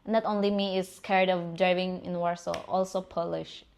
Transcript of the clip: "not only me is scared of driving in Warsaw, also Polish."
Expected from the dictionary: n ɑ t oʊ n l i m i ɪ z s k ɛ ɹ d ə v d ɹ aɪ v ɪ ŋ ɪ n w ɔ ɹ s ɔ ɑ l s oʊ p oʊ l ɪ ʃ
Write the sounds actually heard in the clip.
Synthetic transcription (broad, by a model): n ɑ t oʊ n l i m i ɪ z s k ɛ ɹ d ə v d ɹ aɪ v ɪ ŋ ɪ n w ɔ ɹ s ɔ ɑ l s oʊ p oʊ l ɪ ʃ